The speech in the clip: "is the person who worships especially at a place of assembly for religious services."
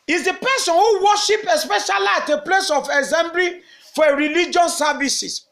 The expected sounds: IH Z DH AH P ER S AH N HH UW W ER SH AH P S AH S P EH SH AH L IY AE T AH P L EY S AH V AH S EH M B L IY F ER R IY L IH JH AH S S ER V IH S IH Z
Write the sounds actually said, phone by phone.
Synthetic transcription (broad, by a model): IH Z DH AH P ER S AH N HH UW W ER SH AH P AH S P EH SH AH L IY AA T AH P L EY S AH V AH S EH M B L IY F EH R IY L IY JH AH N S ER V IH S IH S